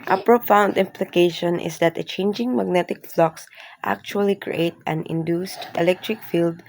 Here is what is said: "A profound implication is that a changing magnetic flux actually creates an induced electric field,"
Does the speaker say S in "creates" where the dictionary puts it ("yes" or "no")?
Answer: no